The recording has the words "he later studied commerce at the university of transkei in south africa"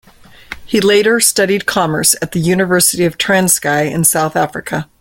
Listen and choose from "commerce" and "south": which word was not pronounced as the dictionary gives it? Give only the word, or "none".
none